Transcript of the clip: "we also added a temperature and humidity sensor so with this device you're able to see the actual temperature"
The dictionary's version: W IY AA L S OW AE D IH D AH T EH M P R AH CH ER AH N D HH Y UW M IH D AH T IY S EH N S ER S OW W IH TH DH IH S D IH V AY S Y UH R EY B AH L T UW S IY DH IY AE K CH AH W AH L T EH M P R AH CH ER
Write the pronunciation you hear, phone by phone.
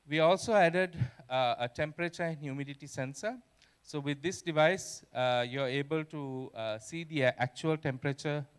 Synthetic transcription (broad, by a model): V IY AA L S OW AE D IH D AH T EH M P R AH CH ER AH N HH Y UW M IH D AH T IY S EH N S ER S OW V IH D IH S D IH V AY S Y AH R EY B AH L T UW S IY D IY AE K CH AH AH L T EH M P R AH CH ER